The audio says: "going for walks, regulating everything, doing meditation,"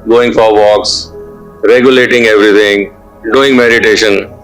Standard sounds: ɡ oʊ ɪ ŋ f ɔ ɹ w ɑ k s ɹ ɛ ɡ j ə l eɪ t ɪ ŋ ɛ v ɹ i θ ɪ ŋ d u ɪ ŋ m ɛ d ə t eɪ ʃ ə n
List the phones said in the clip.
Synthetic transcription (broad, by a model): ɡ oʊ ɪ ŋ f ɔ ɹ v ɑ k s ɹ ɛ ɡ j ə l eɪ t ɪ ŋ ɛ v ɹ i t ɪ ŋ d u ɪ ŋ m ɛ d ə t eɪ ʃ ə n